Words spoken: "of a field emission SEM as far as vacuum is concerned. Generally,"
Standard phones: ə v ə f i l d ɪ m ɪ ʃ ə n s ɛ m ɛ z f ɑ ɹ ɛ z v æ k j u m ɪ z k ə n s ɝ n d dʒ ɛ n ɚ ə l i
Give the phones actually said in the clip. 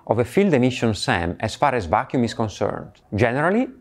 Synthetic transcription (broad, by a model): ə v ə f i l d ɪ m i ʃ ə n s ɛ m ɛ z f ɑ ɹ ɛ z v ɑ k j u m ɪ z k ə n s ɝ n d dʒ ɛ n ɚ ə l i